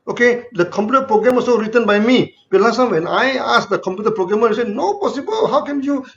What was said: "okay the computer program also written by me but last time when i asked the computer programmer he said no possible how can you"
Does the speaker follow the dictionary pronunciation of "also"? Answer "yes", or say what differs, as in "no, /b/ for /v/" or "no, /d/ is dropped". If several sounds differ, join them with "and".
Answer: no, /l/ is dropped